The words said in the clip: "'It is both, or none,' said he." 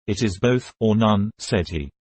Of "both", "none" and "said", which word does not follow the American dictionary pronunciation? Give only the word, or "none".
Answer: none